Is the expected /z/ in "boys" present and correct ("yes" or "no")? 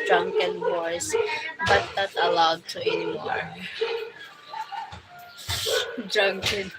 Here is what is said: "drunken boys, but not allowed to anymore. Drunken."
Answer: no